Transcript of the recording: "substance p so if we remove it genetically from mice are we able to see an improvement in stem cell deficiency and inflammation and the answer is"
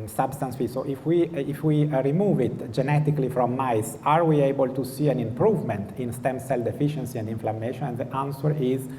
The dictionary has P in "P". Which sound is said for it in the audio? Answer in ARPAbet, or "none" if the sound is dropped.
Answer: F